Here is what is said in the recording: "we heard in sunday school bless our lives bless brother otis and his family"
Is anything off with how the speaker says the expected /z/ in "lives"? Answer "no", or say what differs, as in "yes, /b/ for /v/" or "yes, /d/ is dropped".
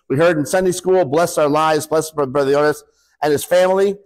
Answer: no